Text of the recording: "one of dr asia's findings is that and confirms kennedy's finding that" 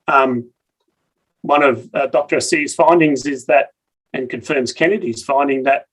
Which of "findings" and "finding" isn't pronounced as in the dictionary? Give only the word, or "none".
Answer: none